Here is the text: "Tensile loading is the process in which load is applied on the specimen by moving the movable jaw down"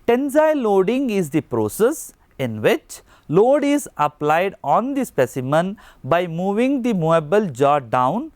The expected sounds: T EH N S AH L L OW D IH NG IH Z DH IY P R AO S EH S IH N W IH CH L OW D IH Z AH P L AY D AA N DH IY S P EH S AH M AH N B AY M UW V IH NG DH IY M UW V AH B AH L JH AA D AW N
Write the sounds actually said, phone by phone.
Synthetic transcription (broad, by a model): T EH N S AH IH L OW D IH NG IH Z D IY P R AO S EH S IH N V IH CH L OW D IH Z AH P L AY D AA N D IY S P EH S AH M AH N B AY M UW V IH NG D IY M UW AH B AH L JH AA D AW N